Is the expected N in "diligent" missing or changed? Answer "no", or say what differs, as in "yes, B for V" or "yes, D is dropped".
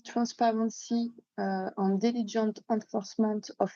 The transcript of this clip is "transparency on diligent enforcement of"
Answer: yes, N is dropped